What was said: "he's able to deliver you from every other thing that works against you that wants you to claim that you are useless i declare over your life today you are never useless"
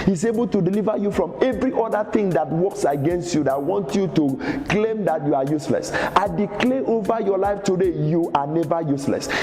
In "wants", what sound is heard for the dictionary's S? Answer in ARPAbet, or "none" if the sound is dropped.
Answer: none